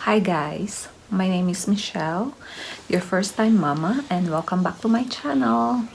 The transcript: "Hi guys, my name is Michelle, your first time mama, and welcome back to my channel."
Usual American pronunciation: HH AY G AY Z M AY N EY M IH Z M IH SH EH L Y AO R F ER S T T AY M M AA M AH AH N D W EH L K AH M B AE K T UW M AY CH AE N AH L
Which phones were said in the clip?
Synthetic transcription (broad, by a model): HH AY G AY S M AY N EY M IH S M IH SH EH L Y AO R F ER S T T AY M M AA M AH AH N D W EH L K AH M B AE K T UW M AY CH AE N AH L